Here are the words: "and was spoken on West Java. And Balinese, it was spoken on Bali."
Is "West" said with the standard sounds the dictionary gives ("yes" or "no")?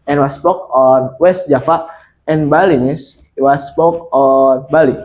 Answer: yes